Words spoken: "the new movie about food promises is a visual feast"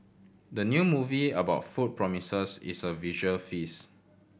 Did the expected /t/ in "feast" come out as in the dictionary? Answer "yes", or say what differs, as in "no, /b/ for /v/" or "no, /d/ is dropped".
no, /t/ is dropped